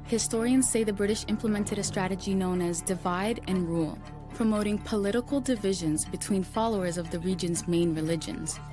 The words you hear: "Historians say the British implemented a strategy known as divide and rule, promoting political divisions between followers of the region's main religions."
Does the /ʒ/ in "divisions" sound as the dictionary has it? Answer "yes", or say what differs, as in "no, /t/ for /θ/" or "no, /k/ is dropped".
yes